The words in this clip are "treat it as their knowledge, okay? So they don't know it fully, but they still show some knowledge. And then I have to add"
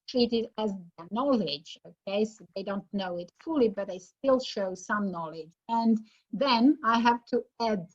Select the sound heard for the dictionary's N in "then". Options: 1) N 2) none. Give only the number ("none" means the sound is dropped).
1